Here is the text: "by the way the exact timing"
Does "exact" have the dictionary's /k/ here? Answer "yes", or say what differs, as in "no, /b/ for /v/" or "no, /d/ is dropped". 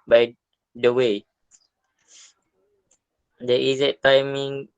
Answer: no, /k/ is dropped